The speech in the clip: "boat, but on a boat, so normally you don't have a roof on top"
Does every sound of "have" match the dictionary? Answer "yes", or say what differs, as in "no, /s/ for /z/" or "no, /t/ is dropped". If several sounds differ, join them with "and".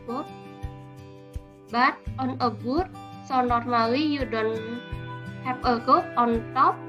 no, /p/ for /v/